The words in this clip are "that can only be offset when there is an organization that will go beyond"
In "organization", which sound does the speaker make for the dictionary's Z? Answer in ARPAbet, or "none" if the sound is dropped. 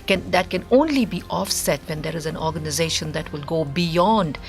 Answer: Z